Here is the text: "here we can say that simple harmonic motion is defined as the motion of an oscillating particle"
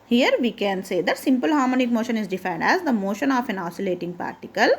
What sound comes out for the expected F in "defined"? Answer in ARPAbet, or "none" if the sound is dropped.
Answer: F